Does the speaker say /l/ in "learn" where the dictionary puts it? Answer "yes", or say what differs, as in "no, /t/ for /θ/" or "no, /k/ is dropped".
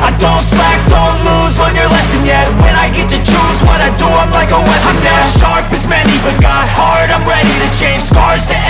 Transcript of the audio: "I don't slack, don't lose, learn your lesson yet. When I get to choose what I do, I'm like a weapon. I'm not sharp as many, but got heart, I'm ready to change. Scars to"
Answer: no, /w/ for /l/